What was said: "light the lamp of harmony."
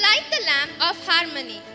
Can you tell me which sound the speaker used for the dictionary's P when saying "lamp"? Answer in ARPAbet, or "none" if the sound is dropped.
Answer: none